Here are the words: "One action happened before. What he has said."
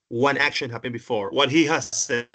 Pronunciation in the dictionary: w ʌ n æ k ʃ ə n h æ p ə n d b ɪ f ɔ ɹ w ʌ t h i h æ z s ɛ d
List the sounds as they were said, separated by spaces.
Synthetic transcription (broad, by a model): w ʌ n æ k ʃ ə n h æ b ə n b ɪ f ɔ ɹ w ʌ t h i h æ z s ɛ